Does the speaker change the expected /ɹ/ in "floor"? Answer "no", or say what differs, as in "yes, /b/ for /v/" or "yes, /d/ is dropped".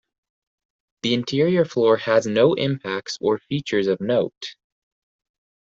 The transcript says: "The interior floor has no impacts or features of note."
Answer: no